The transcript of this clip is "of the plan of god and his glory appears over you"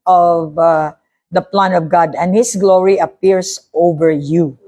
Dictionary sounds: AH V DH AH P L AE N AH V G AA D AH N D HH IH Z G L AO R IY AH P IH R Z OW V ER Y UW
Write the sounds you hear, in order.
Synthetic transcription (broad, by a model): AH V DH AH P L AE N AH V G AA D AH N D HH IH S G L AO R IY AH P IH R S OW V ER Y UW